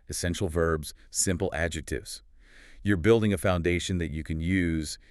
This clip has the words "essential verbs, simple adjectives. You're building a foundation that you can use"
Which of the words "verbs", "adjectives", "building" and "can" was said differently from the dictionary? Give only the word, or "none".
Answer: none